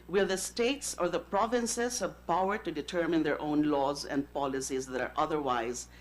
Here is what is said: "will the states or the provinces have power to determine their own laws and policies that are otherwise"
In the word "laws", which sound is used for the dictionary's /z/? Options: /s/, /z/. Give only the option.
/z/